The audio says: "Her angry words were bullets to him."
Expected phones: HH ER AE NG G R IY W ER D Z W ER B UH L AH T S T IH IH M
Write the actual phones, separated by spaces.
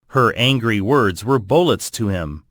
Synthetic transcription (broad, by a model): HH ER AE NG G R IY W ER D Z W ER B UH L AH T S T IH IH M